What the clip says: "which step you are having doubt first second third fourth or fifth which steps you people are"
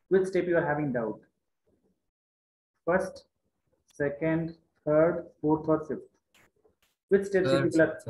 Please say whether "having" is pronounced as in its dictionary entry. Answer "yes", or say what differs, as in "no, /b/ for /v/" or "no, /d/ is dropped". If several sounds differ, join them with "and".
yes